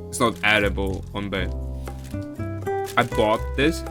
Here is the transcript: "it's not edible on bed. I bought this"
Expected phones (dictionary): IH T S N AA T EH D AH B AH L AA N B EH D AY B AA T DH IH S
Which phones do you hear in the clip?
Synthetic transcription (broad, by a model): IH T S N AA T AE D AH B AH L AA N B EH AY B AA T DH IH S